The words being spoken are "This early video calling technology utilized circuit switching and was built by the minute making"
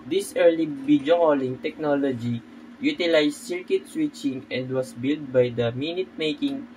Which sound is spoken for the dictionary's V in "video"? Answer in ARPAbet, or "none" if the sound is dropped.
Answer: B